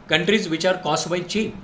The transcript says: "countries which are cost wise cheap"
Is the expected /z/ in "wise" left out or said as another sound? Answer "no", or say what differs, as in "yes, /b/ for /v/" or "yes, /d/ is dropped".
yes, /z/ is dropped